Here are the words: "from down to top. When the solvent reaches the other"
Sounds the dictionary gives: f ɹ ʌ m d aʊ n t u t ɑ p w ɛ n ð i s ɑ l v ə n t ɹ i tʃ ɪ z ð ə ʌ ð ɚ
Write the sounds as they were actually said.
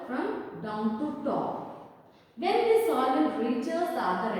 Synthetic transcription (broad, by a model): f ɹ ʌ m d aʊ n t u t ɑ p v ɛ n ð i s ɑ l ə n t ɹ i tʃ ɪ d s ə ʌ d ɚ